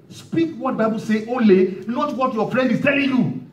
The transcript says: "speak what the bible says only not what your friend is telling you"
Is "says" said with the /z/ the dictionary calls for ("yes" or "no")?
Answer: no